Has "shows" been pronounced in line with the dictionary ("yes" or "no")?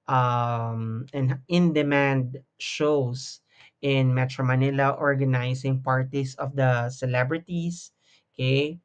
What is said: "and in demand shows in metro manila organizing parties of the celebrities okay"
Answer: no